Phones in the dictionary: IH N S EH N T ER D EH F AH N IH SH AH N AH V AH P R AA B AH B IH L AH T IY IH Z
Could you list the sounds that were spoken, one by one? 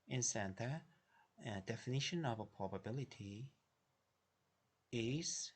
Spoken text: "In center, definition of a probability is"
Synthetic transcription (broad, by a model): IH N S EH N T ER D EH F AH N IH SH AH N AH V AH P R AA B AH B IH L AH T IY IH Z